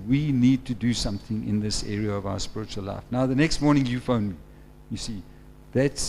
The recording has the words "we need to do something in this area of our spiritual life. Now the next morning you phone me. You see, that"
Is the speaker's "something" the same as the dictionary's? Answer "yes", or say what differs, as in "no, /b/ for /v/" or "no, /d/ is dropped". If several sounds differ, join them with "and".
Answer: yes